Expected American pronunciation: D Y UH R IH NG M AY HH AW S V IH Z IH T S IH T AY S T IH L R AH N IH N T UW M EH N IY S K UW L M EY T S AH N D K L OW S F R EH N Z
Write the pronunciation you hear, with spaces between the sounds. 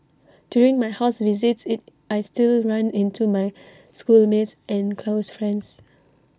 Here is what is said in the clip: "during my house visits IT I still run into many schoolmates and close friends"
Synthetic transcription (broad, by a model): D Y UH R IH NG M AY HH AW S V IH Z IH T S IH T AY S T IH L R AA N IH N T UW M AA IY S K UW L M EY T S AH N K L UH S F R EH N S